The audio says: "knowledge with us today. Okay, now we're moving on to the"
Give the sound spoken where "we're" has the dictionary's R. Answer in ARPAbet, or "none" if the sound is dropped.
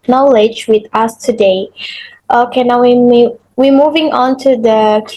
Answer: W